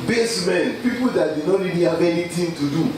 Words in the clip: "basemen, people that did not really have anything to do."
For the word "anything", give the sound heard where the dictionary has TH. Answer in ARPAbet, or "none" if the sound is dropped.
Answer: T